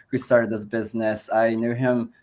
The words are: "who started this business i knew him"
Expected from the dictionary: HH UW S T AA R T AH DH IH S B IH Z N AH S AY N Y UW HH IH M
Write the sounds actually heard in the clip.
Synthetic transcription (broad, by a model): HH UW S T AA R T AH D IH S B IH Z N AH S AY N Y UW HH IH M